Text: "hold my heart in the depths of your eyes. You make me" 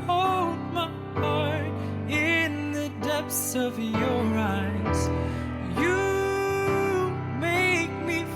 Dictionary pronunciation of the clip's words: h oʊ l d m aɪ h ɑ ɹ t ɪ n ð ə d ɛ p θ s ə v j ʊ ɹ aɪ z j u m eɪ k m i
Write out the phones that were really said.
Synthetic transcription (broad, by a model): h oʊ l d m aɪ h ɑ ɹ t ɪ n ð ə d ɛ p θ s ə v j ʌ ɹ aɪ z j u m eɪ k m i